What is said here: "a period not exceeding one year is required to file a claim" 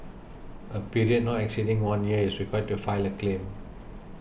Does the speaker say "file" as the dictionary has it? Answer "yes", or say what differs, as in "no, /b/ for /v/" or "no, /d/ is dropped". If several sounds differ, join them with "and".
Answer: yes